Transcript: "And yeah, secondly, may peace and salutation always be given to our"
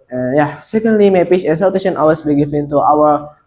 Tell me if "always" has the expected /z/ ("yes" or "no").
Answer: no